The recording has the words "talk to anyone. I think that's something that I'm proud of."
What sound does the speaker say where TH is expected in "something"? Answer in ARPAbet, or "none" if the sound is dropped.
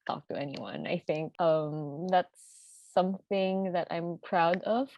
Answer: TH